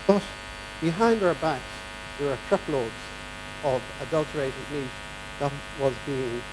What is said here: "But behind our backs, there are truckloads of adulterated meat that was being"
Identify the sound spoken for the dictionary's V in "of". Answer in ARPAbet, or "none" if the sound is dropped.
V